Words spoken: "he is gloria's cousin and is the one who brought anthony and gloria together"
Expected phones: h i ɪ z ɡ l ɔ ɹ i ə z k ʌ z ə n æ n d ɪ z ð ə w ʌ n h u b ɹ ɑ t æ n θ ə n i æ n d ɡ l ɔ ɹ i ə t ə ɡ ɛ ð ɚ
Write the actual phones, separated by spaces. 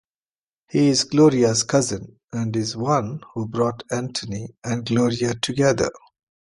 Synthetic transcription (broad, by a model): h i ɪ z ɡ l ɔ ɹ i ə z k ʌ z ə n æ n d ɪ z w ʌ n h u b ɹ ɑ t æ n t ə n i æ n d ɡ l ɔ ɹ i ə t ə ɡ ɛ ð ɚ